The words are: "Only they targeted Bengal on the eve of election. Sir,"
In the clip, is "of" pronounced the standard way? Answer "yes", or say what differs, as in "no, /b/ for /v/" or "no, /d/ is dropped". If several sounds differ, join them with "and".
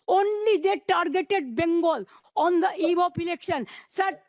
no, /p/ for /v/